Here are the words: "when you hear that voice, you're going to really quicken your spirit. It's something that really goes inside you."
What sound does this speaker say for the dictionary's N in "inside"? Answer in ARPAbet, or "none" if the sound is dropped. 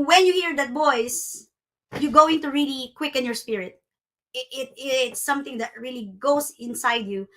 N